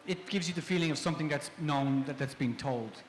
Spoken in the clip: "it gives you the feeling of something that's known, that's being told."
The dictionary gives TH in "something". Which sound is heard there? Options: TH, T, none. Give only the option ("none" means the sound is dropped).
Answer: TH